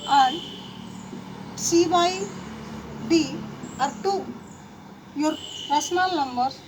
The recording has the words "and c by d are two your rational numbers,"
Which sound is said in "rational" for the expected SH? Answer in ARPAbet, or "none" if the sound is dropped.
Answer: S